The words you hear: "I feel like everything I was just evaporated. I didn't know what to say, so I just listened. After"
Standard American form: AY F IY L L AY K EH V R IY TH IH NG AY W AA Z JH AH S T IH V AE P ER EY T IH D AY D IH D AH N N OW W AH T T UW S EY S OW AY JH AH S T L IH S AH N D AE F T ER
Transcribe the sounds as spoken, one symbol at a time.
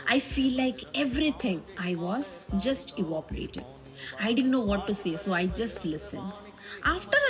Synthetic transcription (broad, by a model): AY F IY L L AY K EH V R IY T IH NG AY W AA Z JH AH S T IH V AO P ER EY T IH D AY D IH D AH N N OW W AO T T UW S EY S OW AY JH AH S T L IH S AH N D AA F T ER